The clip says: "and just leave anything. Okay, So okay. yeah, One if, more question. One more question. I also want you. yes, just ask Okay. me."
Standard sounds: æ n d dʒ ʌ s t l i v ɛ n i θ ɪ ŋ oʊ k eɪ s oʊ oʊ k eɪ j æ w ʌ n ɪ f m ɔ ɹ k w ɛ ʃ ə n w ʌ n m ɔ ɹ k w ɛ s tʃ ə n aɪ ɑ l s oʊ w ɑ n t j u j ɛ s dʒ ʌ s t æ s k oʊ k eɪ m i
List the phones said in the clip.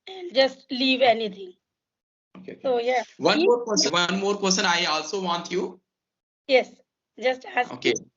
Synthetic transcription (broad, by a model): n dʒ ʌ s t l i v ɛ n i t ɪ ŋ oʊ k eɪ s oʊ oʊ j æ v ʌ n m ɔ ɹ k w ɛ s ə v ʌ n m ɔ ɹ k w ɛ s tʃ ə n aɪ ɑ l s oʊ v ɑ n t j u j ɛ s dʒ ʌ s t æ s oʊ k eɪ